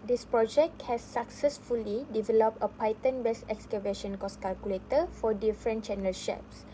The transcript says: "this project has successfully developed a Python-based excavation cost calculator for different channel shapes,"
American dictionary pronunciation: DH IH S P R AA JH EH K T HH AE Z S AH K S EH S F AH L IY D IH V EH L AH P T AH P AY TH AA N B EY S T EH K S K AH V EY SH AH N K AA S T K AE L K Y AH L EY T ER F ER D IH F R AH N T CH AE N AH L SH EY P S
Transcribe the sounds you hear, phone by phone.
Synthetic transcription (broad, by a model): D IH S P R AA JH EH K T HH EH S AH K S EH S F AH L IY D IH V EH L AH P T AH P AY T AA N B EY S EH K S K AH V EY SH AH N K AA S K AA L K Y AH L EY T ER F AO D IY F R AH N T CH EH N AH L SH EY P S